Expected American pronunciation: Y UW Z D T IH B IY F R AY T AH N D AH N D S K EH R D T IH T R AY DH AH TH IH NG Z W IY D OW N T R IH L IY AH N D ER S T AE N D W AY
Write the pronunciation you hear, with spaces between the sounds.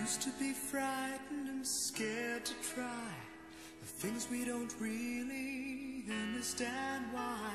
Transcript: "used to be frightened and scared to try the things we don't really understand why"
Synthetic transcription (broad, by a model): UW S T IH B IY F R AY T N D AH N S K EH R D T IH T R AY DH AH TH IH NG Z W IY D OW N T R IH L IY AH N D ER S T AE N D W AY